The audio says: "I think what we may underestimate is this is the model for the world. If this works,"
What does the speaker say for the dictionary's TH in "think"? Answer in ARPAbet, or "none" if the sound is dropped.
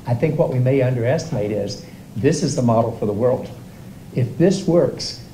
TH